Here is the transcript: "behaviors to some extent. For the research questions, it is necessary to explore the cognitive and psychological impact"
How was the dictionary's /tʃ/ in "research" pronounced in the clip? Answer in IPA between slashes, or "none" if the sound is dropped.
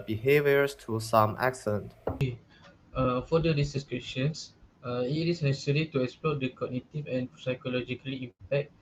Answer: /s/